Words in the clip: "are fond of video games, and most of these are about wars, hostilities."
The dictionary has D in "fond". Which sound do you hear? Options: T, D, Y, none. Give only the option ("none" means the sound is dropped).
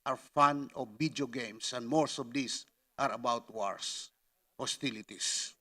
none